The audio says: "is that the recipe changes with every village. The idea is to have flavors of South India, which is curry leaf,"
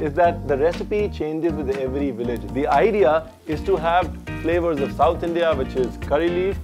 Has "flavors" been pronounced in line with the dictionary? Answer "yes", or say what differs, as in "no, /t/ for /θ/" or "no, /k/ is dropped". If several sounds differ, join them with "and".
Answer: yes